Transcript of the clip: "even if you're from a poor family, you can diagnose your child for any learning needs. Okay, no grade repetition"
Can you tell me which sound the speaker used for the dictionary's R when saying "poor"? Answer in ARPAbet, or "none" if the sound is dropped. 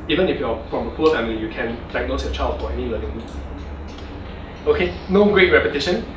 L